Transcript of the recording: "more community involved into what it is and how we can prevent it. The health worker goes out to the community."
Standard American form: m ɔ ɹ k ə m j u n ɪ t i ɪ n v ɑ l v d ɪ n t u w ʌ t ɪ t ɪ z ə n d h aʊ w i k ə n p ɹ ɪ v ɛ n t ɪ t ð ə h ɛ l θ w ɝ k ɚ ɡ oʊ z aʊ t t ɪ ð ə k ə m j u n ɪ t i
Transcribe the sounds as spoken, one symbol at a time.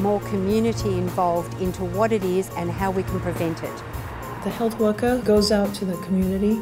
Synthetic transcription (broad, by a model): m ɔ ɹ k ə m j u n ɪ t i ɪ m v ɑ l v d ɪ n t u w ʌ t ɪ t ɪ z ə n h aʊ w i k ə n p ɹ ɪ v ɛ n t ɪ t ð ə h ɛ l θ w ɝ k ɚ ɡ oʊ z aʊ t t ɪ ð ə k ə m j u n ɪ t i